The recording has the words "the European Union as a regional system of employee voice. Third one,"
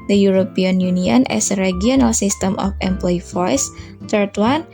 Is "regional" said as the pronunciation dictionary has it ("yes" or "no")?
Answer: no